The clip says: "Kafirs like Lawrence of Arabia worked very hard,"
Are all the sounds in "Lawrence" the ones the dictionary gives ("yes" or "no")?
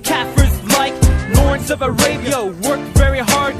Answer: no